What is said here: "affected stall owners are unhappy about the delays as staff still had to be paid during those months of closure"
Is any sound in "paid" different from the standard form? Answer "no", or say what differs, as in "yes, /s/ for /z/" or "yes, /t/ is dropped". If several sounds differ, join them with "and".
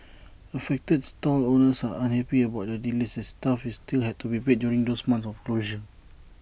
yes, /b/ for /p/